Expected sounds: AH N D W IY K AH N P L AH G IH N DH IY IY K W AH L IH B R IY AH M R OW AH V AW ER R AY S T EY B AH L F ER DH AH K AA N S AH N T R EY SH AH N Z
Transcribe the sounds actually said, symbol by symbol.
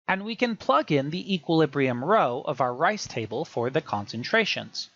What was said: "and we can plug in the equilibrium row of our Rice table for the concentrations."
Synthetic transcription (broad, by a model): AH N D W IY K AH N P L AH G IH N DH IY IY K W AH L IH B R IY AH M R OW AH V AW ER R AY S T EY B AH L F ER DH AH K AA N S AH N T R EY SH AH N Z